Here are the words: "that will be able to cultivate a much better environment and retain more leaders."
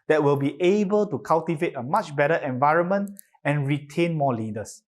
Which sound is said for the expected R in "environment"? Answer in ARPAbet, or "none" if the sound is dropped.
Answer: R